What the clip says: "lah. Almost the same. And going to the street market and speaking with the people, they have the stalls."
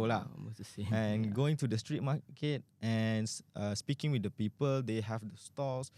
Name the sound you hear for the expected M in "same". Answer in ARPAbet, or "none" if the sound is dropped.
none